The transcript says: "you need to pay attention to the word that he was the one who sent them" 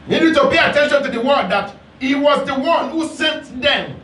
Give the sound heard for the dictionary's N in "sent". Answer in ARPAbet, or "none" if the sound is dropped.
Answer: N